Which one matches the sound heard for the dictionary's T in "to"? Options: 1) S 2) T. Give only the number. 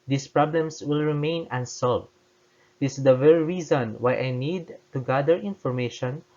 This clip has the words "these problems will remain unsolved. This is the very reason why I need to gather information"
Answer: 2